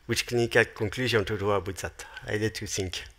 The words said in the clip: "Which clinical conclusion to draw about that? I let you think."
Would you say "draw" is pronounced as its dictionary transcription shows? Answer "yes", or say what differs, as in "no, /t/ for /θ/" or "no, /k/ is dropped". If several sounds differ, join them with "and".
no, /w/ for /ɹ/